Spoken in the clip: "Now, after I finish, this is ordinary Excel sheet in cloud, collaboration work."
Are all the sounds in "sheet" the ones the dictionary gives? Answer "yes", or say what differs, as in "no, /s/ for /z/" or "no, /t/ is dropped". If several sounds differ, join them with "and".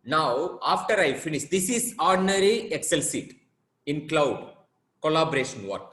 no, /s/ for /ʃ/